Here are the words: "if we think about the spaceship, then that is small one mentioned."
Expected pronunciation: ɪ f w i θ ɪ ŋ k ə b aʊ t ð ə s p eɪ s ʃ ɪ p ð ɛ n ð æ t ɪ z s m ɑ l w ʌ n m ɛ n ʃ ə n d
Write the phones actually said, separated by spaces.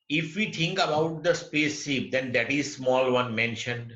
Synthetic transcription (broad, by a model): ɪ f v i t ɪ ŋ k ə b aʊ t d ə s p eɪ s ɪ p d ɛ n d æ t ɪ z s m ɑ l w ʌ n m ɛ n ʃ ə n d